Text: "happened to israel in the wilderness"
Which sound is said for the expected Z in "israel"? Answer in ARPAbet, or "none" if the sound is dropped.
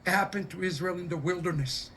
Z